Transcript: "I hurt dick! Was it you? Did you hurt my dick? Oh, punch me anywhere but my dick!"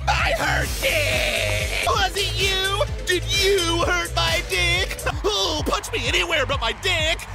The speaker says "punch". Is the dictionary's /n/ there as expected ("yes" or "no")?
no